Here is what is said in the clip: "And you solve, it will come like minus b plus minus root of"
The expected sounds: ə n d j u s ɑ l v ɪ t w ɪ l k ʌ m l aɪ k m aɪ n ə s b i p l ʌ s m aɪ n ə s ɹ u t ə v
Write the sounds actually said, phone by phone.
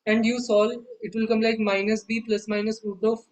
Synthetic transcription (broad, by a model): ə n d j u s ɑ l ɪ t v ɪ l k ʌ m l aɪ k m aɪ n ə s b i p l ʌ s m aɪ n ə s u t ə